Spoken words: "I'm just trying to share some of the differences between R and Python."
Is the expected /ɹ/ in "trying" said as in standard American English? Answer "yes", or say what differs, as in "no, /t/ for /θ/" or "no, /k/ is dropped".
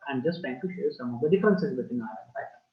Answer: no, /ɹ/ is dropped